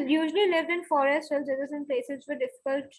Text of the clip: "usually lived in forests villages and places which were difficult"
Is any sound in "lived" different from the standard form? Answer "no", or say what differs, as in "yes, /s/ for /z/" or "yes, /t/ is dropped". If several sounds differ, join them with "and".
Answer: no